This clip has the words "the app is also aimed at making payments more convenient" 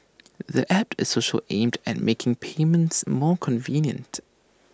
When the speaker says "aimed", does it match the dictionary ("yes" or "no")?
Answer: yes